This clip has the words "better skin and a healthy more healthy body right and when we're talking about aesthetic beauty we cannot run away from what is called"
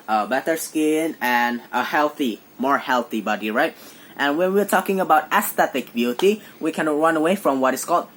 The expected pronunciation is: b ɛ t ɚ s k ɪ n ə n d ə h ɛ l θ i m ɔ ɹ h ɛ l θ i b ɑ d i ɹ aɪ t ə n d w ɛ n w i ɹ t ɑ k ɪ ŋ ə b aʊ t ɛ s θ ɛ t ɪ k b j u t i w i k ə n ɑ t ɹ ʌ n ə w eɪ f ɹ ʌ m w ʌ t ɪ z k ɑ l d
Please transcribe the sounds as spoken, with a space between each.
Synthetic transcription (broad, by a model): b ɛ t ɚ s k ɪ n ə n ə h ɛ l θ i m ɔ ɹ h ɛ l θ i b ɑ d i ɹ aɪ t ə n w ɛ n w i ɹ t ɑ k ɪ ŋ ə b aʊ t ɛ s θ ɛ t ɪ k b j u t i w i k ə n ɹ ʌ n ə w eɪ f ɹ ʌ m w ʌ t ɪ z k ɑ l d